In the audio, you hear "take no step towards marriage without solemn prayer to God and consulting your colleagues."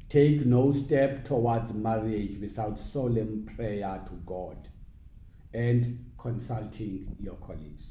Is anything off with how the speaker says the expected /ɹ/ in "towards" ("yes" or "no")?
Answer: yes